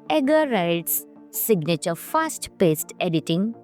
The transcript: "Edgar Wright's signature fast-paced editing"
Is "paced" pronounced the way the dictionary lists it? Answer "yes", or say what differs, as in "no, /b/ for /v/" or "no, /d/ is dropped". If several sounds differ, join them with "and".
yes